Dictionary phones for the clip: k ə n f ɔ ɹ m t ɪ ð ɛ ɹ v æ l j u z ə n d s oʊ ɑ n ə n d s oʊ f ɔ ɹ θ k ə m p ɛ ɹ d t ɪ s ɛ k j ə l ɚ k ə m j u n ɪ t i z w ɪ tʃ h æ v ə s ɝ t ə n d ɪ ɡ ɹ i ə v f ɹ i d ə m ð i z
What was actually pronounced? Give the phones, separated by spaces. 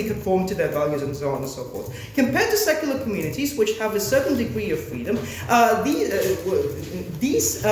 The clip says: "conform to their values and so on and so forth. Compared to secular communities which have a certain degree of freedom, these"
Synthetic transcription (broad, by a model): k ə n f ɔ ɹ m t ɪ ð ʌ ɹ v æ l j u z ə n s oʊ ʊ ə n s oʊ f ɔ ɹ s k ə m p ɛ ɹ d t ɪ s ɛ k j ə l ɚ k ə m j u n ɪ t i z w ɪ tʃ h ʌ v ə s ɝ t n d ɪ ɡ ɹ i ə v f ɹ i d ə m ð i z